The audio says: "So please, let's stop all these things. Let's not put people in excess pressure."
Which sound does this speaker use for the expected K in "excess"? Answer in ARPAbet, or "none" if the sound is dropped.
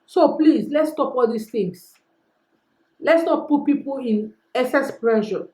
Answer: none